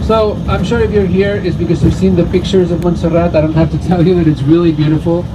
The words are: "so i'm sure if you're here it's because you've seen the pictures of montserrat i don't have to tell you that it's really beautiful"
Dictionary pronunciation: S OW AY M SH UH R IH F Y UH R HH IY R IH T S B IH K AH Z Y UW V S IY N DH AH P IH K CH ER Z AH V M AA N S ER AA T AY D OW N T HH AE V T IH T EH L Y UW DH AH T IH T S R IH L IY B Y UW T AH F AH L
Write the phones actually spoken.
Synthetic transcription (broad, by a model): S OW AY M SH UH R IH F Y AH R HH IY R IH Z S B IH K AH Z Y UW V S IY N DH AH P IH K CH ER Z AH V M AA N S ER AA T AY D OW N T HH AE F T IH T EH L Y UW DH AH T IH T S R IH L IY B Y UW T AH F L